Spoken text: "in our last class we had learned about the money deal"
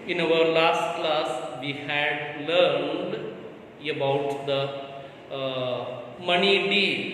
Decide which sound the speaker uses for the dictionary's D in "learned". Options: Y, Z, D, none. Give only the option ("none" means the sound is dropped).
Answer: D